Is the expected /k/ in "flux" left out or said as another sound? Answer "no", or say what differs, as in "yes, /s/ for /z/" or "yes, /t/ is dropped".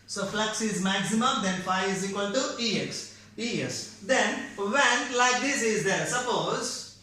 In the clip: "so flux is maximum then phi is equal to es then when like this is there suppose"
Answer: no